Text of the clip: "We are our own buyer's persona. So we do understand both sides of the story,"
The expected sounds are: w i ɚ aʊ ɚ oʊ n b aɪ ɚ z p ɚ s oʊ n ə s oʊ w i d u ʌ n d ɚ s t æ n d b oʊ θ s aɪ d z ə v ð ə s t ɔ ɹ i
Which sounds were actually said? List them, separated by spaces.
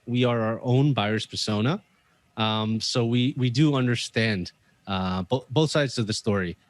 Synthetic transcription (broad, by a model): w i ɚ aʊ ɚ oʊ n b aɪ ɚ s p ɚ s oʊ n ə s oʊ w i d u ʌ n d ɚ s t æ n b b oʊ θ s aɪ d z ə v ð ə s t ɔ ɹ i